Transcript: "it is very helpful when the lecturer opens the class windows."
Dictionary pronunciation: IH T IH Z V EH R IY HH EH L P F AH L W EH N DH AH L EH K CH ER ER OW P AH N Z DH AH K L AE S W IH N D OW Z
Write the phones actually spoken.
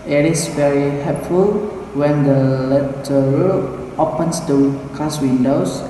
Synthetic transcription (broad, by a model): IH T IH S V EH R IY HH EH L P F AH L W EH N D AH L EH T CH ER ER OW P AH N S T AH K AA S W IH N D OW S